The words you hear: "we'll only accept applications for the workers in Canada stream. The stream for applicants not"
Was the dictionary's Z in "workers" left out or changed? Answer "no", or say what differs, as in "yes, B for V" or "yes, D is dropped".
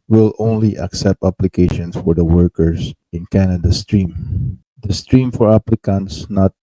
yes, S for Z